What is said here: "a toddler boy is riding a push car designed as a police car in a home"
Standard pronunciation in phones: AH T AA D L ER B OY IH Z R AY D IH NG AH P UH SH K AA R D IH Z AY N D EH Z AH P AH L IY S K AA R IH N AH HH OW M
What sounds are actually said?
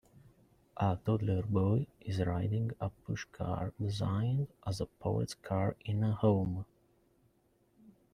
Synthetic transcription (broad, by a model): AH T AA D L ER B OY IH Z R AY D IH NG AH P UH SH K AA R D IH Z AY N D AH Z AH P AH IH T K AA R IH N AH HH OW M